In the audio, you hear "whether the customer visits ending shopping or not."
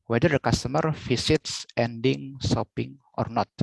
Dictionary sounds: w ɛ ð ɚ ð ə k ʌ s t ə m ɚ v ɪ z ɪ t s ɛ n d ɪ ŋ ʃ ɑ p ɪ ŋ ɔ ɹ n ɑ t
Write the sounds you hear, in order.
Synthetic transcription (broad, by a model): w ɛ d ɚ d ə k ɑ s t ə m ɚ f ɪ s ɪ t s ɛ n d ɪ ŋ s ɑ p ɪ ŋ ɔ ɹ n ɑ t